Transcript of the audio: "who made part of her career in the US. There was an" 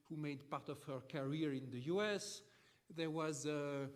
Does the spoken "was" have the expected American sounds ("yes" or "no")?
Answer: yes